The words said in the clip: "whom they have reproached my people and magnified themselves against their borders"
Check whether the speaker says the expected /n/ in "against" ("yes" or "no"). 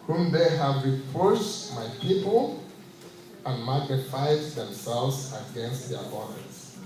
yes